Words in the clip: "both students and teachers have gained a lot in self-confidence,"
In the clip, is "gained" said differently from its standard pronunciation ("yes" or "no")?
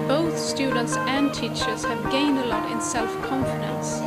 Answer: no